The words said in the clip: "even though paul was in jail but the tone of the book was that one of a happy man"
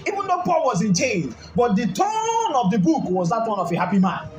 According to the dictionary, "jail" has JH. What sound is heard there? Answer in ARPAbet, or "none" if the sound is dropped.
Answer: CH